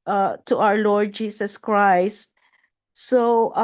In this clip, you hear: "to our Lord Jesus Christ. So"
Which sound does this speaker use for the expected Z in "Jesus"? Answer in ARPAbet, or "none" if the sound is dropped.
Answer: S